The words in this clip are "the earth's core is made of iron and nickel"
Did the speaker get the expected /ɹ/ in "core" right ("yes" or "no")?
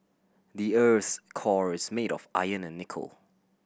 yes